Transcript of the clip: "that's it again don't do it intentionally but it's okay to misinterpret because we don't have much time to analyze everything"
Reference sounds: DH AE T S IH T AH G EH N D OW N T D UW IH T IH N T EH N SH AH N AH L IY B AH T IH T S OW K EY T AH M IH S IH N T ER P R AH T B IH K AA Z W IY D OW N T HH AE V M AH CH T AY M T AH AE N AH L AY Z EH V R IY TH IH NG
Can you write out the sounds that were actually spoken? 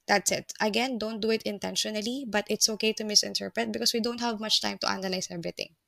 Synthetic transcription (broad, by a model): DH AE T S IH T AH G EH N D OW N T D UW IH T IH N T EH N SH AH N AH L IY B AH T IH T S OW K EY T AH M IH S IH N T ER P R AH T B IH K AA S W IY D OW N T HH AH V M AH CH T AY M T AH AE N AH L AY S EH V R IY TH IH NG